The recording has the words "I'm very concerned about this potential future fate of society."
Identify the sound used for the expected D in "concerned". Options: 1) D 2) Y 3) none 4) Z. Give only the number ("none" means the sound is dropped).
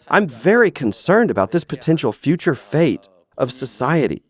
1